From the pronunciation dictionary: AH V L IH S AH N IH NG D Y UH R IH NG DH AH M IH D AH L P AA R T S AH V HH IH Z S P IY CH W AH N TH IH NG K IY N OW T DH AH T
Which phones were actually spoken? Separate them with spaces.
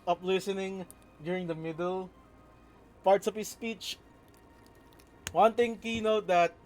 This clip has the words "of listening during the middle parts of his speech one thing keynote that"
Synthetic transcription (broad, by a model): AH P L IH S AH N IH NG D Y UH R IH NG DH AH M IH D AH L P AA R T S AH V HH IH S P IY CH W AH N T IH NG K IY N OW T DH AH T